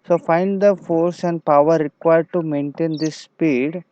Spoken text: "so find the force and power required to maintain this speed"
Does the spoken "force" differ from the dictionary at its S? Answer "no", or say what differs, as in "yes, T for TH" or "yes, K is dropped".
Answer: no